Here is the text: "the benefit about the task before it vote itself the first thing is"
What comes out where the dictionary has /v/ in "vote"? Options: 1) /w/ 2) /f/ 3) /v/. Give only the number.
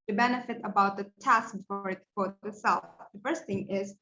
2